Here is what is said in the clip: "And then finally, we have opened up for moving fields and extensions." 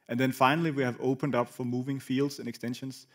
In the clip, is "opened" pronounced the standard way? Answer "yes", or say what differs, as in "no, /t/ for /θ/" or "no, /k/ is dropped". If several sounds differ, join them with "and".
yes